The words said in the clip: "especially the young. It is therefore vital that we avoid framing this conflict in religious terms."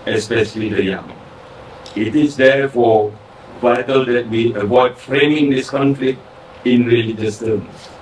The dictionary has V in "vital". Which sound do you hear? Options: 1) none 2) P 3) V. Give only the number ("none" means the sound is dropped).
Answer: 3